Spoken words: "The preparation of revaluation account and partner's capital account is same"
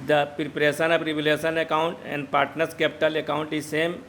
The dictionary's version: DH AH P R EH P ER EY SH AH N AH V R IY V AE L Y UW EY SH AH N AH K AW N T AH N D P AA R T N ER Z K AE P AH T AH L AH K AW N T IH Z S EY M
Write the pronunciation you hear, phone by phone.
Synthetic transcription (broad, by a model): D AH P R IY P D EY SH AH N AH P R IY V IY L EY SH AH N AH K AW N T AH N D P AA R T N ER S K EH P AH T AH L AH K AW N T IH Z S EY M